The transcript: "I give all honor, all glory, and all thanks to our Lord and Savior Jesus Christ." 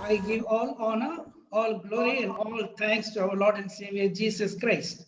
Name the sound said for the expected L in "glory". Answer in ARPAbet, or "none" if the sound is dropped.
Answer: L